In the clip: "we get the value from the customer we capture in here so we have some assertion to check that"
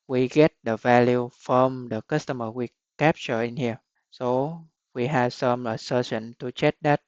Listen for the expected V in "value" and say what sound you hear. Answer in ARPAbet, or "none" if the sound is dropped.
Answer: V